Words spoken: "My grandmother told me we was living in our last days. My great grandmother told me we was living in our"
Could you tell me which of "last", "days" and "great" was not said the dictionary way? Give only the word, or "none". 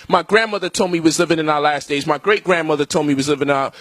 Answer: none